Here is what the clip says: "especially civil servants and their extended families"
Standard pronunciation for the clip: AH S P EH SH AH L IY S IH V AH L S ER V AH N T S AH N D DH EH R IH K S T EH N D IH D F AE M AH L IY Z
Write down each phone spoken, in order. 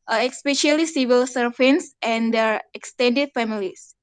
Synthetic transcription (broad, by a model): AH S P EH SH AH L IY S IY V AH L S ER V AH N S AH N D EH R IH K S T EH N D IH D F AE M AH L IY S